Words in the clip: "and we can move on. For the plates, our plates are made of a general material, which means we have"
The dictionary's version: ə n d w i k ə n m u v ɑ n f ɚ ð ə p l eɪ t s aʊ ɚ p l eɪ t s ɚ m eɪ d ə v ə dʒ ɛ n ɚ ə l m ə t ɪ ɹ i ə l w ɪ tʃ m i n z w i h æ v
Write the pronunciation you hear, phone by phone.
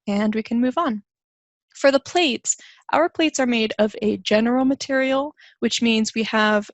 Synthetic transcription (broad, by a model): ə n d w i k ə n m u v n f ɚ ð ə p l eɪ t s aʊ ɚ p l eɪ t s ɚ m eɪ d ə v ə dʒ ɛ n ɚ l m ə t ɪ ɹ i l w ɪ tʃ m i n z w i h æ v